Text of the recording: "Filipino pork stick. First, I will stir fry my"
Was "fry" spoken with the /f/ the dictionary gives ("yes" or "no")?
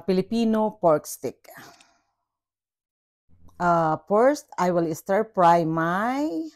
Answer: no